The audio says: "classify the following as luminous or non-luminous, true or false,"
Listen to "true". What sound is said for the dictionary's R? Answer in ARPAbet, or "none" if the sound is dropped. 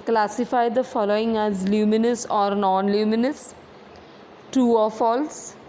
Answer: none